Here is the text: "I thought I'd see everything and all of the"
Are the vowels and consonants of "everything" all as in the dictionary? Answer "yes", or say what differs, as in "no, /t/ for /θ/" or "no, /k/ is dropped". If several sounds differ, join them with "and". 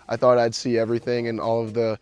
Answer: yes